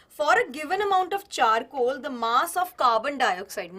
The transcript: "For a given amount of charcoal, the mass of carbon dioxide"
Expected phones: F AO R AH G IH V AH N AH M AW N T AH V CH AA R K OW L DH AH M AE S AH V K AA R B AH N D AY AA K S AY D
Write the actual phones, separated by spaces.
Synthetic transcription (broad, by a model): F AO R AH G IH V AH N AH M AW N T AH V CH AA R K OW L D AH M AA S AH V K AA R B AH N D AY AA K S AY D